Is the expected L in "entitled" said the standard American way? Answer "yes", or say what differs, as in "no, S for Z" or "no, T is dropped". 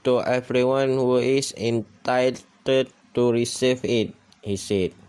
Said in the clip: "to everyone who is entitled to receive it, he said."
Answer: no, L is dropped